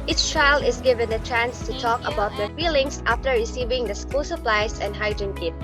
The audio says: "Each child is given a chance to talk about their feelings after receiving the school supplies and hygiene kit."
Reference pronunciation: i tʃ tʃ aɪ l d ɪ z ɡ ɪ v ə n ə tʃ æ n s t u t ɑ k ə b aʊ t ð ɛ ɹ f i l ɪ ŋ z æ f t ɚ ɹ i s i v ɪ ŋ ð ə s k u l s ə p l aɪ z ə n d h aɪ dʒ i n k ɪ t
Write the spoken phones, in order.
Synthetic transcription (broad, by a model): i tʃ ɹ aɪ l ɪ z ɡ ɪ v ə n ə tʃ æ n s t u t ɑ k ə b aʊ t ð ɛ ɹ f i l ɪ ŋ s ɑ f t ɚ ɹ i s i v ɪ ŋ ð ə s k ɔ s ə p l aɪ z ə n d h aɪ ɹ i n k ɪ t